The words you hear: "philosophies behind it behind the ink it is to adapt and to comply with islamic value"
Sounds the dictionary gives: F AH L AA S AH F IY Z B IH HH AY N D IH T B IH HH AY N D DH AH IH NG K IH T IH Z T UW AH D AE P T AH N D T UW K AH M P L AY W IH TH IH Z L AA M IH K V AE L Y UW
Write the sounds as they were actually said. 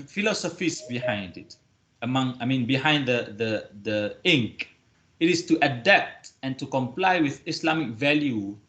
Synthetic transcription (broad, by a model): F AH L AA S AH F IY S B IH HH AY N D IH T B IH HH AY N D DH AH IH NG K IH T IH S T UW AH D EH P T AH N T UW K AH M P L AY W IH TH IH S L AA M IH K V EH L Y UW